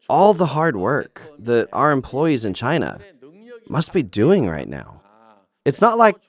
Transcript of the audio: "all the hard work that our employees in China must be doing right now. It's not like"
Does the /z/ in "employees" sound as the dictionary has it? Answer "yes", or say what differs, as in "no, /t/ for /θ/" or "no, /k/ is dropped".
yes